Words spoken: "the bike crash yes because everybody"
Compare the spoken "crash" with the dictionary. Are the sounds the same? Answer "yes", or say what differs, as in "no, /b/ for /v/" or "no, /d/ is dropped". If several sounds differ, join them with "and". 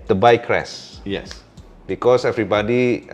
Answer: no, /s/ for /ʃ/